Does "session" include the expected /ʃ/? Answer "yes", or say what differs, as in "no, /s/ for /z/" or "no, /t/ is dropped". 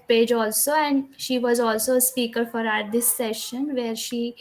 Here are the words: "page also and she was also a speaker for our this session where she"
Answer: yes